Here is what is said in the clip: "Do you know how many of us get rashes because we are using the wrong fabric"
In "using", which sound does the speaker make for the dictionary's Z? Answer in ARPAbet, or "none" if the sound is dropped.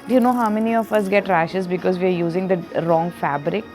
Z